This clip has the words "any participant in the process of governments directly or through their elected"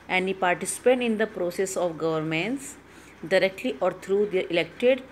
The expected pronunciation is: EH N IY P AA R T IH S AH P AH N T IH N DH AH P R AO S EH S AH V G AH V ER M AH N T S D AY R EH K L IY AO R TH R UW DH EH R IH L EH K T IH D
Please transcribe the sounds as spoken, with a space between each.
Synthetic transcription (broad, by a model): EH N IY P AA R T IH S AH P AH T IH N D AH P R AO S EH S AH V G AH V ER M AH N T S D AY R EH K L IY AO R T R UW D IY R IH L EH K T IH D